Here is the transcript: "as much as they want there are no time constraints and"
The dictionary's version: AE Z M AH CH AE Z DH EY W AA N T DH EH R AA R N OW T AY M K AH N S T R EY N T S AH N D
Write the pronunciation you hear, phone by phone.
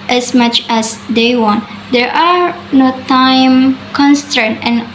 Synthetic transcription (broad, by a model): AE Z M AH CH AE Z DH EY W AA N T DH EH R AA R N OW T AY M K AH N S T EY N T AH N